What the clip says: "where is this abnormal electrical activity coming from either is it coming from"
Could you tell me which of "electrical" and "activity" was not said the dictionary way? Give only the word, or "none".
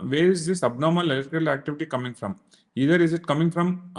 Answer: electrical